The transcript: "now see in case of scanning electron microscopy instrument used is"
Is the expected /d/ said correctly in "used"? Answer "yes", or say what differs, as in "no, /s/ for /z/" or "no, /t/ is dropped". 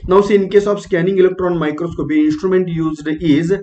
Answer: yes